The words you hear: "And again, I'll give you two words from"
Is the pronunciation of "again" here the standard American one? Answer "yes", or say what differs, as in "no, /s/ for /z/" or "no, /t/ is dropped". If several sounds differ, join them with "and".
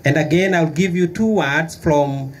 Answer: yes